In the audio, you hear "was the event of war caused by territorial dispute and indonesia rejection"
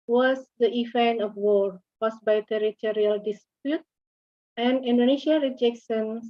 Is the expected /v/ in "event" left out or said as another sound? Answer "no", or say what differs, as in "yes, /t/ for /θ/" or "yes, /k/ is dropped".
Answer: yes, /f/ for /v/